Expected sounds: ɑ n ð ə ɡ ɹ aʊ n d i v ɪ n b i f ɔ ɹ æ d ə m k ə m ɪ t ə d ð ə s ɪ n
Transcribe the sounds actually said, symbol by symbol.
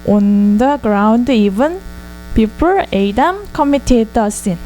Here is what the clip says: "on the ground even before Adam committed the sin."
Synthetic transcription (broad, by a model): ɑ n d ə ɡ ɹ aʊ n d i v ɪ n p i p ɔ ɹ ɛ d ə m k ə m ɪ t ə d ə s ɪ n